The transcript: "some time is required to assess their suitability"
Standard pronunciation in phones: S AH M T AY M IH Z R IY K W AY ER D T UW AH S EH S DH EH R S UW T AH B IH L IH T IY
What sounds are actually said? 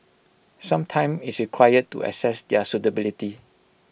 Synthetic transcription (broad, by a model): S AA M T AY M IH S R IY K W AY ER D T UW AH S EH S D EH S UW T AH B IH L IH T IY